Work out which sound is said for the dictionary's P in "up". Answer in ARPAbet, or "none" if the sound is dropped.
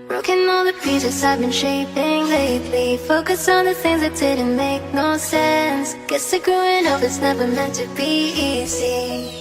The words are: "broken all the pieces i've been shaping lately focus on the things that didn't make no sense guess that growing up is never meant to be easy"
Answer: F